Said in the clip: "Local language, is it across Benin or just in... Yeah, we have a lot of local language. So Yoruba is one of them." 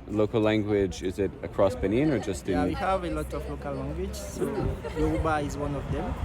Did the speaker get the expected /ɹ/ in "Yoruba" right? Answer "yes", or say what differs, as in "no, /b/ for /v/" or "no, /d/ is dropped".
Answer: no, /ɹ/ is dropped